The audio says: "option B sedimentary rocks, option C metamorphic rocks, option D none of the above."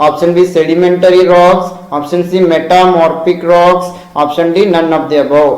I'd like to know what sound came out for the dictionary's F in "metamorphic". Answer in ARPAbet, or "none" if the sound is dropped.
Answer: P